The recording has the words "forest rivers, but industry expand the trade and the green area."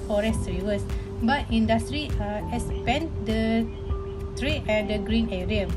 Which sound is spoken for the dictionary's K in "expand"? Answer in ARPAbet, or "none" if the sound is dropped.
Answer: none